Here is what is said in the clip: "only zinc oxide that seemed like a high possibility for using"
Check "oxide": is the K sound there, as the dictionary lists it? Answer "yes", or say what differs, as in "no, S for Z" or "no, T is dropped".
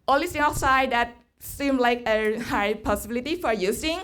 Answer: no, K is dropped